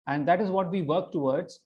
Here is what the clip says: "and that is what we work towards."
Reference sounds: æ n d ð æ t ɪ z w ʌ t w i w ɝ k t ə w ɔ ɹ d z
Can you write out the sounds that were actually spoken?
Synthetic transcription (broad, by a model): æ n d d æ t ɪ z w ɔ t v i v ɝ k t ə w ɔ ɹ d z